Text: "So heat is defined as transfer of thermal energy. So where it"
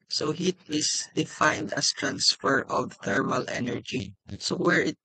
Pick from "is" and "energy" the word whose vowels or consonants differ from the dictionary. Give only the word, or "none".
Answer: is